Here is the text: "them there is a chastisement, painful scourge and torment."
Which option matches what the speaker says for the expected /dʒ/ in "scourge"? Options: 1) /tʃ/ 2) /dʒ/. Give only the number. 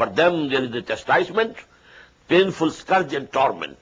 2